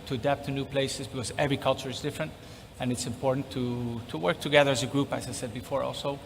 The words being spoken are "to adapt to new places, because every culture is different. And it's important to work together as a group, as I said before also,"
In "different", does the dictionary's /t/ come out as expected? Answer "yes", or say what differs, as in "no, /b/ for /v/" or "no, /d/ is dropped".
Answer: yes